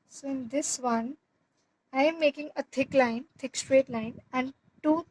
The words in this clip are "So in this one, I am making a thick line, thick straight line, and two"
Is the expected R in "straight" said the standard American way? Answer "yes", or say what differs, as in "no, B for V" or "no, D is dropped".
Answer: yes